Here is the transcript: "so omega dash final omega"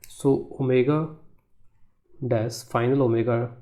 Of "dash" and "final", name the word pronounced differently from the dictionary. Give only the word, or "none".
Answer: dash